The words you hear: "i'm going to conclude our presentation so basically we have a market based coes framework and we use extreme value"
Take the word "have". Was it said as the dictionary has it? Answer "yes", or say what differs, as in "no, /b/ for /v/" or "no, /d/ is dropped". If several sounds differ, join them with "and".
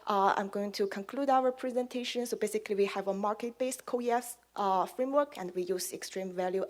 yes